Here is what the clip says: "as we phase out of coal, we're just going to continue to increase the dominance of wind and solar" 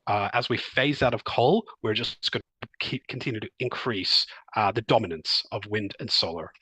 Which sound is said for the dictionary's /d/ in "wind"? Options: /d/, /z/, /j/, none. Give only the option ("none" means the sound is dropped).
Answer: /d/